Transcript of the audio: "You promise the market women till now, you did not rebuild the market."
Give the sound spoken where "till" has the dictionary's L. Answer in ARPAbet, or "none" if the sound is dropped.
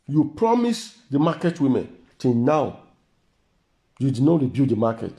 N